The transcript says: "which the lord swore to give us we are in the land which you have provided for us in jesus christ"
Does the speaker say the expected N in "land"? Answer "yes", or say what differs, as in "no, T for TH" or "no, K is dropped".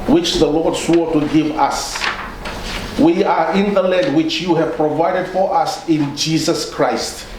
no, N is dropped